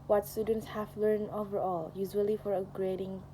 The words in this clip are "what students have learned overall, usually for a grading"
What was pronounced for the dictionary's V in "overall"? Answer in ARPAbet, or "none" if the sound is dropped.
V